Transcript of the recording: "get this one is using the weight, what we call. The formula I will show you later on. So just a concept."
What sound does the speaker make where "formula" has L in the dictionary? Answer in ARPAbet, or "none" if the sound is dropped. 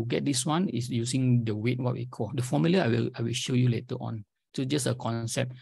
W